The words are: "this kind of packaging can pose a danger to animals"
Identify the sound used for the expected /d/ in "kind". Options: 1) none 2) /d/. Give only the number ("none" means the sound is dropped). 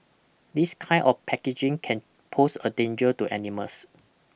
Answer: 1